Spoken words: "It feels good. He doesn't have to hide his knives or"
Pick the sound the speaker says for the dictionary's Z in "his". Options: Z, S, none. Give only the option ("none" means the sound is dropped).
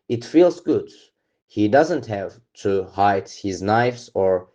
Z